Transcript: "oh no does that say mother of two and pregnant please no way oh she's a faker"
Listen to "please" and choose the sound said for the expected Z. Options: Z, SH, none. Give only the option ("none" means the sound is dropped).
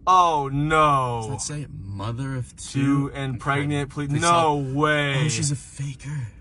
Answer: none